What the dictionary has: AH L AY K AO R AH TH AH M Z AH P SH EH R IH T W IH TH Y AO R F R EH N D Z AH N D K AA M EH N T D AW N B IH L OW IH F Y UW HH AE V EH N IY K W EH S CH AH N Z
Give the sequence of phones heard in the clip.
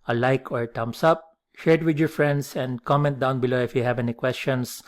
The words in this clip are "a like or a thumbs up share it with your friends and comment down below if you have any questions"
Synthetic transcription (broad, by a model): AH L AY K AO R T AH M S AH P SH EH R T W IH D Y AO R F R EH N D S AH N D K AA M EH N T D AW N B IH L OW IH F Y UW HH AE V EH N IY K W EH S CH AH N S